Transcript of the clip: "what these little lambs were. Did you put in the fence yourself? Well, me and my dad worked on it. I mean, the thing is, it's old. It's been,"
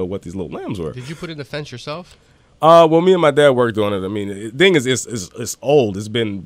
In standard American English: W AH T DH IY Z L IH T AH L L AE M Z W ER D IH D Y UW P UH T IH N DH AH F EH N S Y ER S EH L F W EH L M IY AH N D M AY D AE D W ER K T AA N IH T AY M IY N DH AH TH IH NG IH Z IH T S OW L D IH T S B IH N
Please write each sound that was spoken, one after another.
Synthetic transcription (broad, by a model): W AH T DH IY Z L IH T L L AE M Z W ER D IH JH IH P UH T IH N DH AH F EH N S Y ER S EH L F W EH L M IY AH N M AY D AE D W ER K T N IH T AY M IY N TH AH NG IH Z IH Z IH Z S OW L D IH T S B IH N